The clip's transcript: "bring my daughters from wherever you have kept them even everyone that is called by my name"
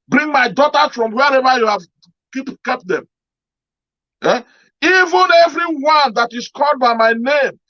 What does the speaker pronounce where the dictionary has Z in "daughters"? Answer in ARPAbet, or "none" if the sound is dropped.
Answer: none